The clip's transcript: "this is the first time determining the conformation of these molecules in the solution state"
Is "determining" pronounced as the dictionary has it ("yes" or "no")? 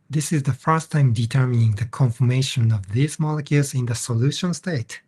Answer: yes